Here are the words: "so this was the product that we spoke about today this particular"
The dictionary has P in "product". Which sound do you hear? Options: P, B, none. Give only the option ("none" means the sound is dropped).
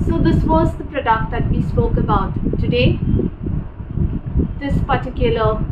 P